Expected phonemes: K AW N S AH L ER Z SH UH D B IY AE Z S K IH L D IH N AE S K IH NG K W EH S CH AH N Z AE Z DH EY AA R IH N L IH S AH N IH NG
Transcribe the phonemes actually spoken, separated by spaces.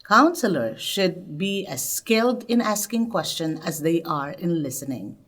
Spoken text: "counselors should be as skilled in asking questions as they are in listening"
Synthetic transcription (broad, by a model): K AW N S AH L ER SH UH D B IY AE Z S K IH L D IH N AE S K IH NG K W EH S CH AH N AE Z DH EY AA R IH N L IH S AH N IH NG